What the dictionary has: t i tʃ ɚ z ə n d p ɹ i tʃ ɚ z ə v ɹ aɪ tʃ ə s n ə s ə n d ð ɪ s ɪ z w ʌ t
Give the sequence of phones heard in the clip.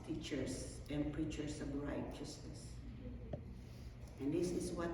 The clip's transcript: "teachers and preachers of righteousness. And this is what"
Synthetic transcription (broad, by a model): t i tʃ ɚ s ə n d p ɹ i tʃ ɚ s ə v ɹ aɪ tʃ ə s n ə s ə n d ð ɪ s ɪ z w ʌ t